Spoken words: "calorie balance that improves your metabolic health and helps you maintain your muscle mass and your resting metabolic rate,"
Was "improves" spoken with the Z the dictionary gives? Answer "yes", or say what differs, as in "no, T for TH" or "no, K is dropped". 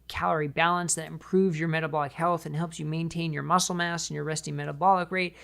yes